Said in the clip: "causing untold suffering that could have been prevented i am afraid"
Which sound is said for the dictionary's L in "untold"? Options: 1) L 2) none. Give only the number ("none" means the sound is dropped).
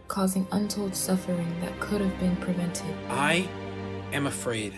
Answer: 1